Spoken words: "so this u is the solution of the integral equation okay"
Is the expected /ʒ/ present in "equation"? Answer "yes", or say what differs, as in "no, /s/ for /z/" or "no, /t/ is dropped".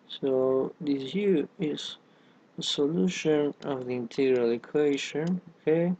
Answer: no, /ʃ/ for /ʒ/